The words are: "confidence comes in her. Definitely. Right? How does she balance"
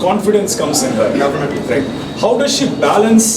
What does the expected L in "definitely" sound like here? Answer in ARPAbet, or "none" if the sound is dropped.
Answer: none